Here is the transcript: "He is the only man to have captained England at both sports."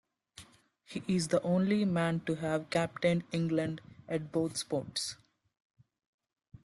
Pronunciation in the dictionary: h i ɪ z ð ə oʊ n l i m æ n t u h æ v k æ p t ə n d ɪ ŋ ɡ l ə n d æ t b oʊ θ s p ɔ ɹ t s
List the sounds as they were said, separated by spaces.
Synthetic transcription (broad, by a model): h i ɪ z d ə oʊ n l i m æ n t u h æ v k æ p t ə n d ɪ ŋ ɡ l ə n d æ t b oʊ t s p ɔ ɹ t s